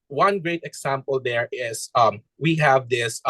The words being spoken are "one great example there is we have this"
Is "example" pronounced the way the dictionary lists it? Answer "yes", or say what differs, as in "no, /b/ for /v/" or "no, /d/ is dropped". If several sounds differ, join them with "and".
no, /s/ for /z/